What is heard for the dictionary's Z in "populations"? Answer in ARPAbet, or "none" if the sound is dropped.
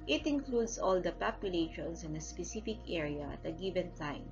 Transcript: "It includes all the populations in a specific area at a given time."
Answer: S